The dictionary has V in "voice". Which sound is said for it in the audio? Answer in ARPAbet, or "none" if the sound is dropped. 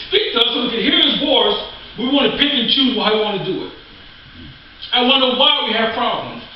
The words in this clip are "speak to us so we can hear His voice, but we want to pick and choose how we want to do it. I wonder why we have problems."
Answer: W